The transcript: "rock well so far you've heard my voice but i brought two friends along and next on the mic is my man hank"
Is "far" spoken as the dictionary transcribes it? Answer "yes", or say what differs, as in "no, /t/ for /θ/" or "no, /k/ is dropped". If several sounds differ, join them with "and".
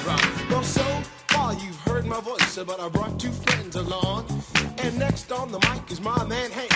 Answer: no, /l/ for /ɹ/